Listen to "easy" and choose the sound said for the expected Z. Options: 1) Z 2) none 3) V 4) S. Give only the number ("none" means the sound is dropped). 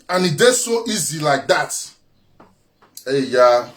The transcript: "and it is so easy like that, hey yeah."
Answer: 1